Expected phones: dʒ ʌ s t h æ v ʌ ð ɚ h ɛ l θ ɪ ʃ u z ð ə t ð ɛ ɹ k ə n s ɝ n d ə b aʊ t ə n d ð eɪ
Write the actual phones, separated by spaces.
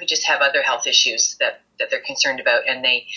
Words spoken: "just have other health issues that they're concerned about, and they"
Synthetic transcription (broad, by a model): dʒ ʌ s t h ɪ v ʌ ð ɚ h ɛ l θ ɪ ʃ u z ð ə t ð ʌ ɹ k ə n s ɝ n d ə b aʊ t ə n ð eɪ